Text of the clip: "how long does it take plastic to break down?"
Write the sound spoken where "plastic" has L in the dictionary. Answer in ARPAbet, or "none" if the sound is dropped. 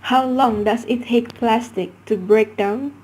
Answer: L